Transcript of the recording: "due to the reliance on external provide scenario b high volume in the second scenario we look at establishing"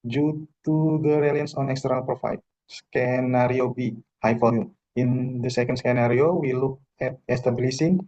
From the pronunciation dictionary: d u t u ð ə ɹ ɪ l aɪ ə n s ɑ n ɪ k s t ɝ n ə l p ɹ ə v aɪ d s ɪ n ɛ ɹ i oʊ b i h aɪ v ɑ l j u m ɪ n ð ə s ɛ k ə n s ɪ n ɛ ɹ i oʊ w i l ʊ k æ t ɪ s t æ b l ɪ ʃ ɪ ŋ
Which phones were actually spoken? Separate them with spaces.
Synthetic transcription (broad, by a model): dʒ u t u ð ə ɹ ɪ l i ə n s ɑ n ɪ k s t ɝ n ə l p ɹ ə f aɪ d s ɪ n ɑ ɹ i oʊ b i h aɪ f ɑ j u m ɪ n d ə s ɛ k ə n s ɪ n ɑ ɹ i oʊ w i l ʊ k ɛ t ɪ s t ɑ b l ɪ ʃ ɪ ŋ